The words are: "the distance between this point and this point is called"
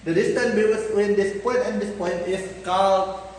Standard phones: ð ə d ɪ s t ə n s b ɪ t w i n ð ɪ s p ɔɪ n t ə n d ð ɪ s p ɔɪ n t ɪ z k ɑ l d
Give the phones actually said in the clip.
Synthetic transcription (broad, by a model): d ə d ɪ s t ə n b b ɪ s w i n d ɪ s p ɔɪ n t ə n d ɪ s p ɔɪ n t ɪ s k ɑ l